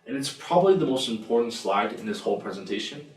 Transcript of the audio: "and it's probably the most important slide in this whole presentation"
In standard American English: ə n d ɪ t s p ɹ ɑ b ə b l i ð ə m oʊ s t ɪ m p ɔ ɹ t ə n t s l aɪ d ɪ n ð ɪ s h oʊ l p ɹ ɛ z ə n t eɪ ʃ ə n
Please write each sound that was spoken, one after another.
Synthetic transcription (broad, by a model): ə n ɪ t s p ɹ ɑ b ə b l i ð ə m oʊ s t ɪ m p ɔ ɹ t n t s l aɪ d ɪ n ð ɪ s h oʊ l p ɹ ɛ z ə n t eɪ ʃ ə n